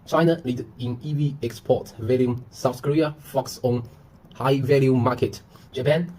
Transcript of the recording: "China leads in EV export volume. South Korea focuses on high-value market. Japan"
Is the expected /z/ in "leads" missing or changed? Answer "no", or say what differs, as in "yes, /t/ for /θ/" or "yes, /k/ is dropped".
yes, /z/ is dropped